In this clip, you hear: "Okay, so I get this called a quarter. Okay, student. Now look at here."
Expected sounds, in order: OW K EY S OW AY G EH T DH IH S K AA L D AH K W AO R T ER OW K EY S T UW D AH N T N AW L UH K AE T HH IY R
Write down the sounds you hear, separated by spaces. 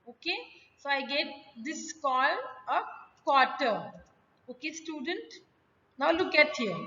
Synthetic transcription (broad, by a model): OW K EY S OW AY G EH T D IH S K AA L AH K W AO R T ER OW K EY S T UW D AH N T N AW L UH K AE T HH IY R